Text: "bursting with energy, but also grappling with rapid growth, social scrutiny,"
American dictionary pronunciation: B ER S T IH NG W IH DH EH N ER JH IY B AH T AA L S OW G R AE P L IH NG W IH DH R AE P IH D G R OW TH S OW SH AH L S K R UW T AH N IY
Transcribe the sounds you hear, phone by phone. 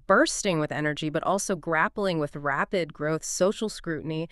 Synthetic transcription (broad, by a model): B ER S T IH NG W IH DH EH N ER JH IY B AH T AA L S OW G R AE P L IH NG W IH DH R AE P IH D G R OW TH S OW SH L S K R UW T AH N IY